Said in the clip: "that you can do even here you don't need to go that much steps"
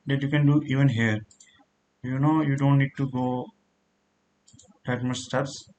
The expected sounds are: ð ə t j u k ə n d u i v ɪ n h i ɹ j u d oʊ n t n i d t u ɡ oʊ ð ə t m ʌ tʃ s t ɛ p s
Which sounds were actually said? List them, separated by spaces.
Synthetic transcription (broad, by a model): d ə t j u k ə n d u i v ɪ n h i ɹ j u d oʊ n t n i d t u ɡ oʊ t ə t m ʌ s s t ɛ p s